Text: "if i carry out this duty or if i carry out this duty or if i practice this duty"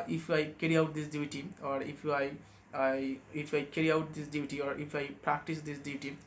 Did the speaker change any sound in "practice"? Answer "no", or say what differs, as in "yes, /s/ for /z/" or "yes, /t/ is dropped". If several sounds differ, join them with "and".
no